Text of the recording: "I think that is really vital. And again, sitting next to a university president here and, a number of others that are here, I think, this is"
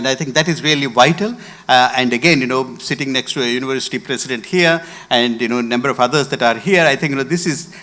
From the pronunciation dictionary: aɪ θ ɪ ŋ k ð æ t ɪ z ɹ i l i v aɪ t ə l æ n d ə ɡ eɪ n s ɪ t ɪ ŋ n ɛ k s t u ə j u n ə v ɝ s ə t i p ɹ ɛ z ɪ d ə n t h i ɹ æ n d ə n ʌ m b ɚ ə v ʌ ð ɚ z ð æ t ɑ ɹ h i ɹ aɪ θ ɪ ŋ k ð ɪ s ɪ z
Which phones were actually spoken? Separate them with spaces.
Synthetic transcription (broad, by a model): aɪ t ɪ ŋ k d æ t ɪ z ɹ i l i v aɪ t ə l æ n d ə ɡ eɪ n s ɪ t ɪ ŋ n ɛ k s t u ə j u n ə v ɝ s ə t i p ɹ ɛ s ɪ d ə n t h i ɹ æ n d ə n ʌ m b ɚ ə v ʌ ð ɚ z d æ t ɑ ɹ h i ɹ aɪ t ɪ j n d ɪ s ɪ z